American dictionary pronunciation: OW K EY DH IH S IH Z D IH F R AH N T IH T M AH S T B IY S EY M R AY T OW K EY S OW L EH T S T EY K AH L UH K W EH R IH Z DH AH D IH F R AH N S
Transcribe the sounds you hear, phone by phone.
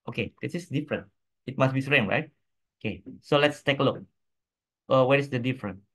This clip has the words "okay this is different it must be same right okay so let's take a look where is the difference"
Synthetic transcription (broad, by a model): OW K EY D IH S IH S D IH F R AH N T IH T M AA S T B IY S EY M R AY T OW K EY S OW L EH T S T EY K AH L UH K W EH R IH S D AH D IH F R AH N